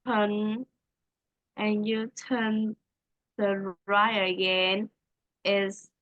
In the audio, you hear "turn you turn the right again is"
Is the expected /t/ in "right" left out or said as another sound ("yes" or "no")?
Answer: yes